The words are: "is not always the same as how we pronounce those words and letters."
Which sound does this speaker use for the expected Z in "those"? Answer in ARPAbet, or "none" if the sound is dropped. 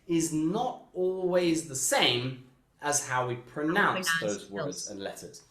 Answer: Z